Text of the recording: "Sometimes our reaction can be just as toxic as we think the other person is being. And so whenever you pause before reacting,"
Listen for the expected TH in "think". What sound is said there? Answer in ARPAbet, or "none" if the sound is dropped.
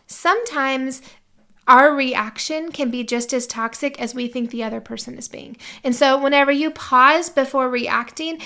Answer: TH